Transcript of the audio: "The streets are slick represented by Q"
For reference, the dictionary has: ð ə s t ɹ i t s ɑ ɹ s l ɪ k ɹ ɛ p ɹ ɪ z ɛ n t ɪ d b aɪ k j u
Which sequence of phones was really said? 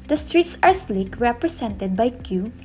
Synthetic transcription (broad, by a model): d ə s t ɹ i t s ɑ ɹ s l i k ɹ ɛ p ɹ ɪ s ɛ n t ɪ d b aɪ k j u